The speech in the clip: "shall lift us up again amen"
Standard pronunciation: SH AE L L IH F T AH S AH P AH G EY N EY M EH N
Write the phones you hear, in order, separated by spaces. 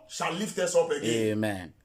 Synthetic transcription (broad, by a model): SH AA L L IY F T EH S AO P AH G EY EY M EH N